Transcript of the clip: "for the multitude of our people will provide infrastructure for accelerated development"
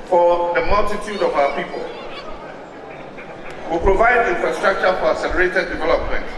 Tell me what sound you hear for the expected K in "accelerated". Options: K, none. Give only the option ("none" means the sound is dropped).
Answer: none